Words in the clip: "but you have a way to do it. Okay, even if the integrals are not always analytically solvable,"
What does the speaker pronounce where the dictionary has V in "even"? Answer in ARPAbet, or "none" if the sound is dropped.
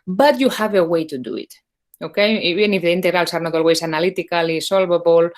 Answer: none